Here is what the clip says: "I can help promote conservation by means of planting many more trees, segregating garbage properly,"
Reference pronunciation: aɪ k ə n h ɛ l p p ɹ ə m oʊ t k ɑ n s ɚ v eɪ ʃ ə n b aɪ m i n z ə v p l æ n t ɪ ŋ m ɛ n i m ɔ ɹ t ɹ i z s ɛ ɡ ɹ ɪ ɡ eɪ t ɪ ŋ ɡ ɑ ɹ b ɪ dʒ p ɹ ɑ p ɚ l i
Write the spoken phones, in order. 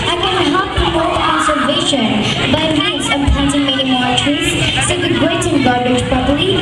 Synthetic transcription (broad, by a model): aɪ k ə n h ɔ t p p ɹ ə m oʊ t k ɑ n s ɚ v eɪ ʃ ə n b aɪ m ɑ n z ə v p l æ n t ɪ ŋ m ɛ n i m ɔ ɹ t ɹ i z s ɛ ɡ ɪ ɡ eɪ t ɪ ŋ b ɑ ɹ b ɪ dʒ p ɹ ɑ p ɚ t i